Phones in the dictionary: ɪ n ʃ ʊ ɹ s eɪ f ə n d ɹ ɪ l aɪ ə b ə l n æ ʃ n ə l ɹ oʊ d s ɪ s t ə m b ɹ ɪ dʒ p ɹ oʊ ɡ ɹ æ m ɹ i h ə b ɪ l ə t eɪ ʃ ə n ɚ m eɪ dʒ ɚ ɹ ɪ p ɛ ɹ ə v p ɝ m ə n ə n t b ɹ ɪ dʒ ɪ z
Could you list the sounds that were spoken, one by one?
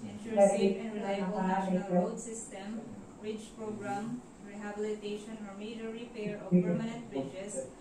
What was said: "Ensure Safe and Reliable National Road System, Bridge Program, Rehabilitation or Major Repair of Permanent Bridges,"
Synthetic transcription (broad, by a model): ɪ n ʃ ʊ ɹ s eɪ ə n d ɹ ɪ l aɪ ə b ə l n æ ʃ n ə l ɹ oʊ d s ɪ s t ə m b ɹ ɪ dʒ p ɹ oʊ ɡ ɹ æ m ɹ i h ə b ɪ l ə t eɪ ʃ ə n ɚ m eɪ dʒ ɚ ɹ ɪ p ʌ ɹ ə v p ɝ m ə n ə n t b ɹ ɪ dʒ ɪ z